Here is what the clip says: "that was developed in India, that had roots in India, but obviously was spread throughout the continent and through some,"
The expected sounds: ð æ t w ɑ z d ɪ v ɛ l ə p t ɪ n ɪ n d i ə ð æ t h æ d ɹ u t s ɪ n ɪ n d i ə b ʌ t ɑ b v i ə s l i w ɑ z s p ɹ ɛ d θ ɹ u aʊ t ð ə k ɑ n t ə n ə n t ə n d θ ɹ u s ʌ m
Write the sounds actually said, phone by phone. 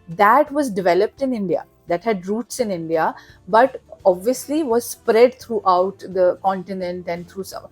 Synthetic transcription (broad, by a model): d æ t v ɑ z d ɪ v ɛ l ə p t ɪ n ɪ n d i ə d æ t h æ d ɹ u t s ɪ n ɪ n d i ə b ʌ t ɑ b v i ə s l i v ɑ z s p ɹ ɛ d t ɹ u aʊ t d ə k ɑ n t ə n ə n t ə n d t ɹ u s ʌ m